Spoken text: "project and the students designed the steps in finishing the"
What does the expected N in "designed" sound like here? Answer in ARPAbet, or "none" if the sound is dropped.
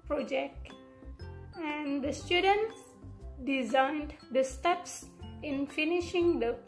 N